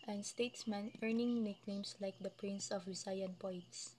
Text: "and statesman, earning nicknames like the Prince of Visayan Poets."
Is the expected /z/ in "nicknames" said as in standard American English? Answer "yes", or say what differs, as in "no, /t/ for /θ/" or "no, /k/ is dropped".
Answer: no, /s/ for /z/